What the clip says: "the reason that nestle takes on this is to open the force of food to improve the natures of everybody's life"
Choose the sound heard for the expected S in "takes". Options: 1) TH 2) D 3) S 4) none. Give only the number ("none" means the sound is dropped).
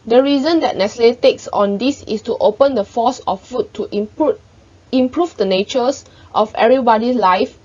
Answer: 3